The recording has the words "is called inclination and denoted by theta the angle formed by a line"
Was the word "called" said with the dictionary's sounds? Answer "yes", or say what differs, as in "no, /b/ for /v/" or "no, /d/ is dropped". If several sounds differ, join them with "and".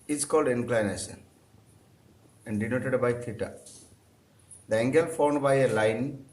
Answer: yes